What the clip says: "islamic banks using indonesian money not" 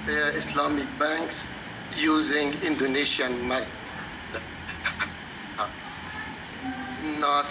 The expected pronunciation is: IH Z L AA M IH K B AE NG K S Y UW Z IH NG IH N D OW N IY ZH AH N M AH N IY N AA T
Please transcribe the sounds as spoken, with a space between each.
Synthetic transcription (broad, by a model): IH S L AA M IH K B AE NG K S Y UW Z IH NG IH N D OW N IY SH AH N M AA IY N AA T